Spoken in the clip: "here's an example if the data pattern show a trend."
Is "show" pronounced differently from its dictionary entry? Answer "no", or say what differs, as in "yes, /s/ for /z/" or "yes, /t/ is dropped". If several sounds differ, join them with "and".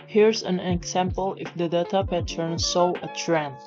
yes, /s/ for /ʃ/